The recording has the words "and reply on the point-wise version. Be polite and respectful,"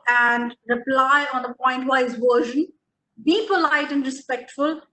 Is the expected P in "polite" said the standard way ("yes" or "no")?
yes